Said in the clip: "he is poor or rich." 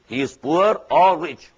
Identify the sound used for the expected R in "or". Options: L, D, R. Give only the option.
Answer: L